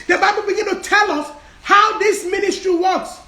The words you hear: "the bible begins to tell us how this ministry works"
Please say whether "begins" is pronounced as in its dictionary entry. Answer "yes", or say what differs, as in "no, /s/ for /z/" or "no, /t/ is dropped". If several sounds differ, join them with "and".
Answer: no, /z/ is dropped